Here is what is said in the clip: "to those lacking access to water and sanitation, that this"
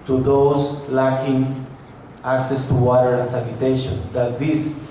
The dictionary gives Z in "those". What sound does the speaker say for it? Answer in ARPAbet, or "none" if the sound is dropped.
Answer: S